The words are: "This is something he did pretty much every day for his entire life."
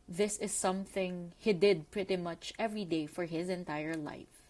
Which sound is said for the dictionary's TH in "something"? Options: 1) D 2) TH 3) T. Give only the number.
2